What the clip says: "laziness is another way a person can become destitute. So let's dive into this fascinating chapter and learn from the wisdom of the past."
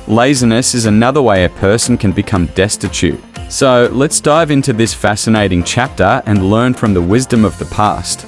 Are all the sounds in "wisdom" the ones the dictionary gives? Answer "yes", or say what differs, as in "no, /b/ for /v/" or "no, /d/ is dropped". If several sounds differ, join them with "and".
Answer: yes